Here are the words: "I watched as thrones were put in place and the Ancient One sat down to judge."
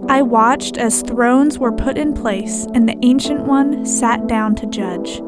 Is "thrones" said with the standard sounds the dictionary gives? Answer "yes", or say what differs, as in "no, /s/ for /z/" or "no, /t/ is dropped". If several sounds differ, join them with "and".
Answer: yes